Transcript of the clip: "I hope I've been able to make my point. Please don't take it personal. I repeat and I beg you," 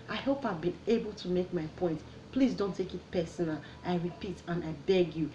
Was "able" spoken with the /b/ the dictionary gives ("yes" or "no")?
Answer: yes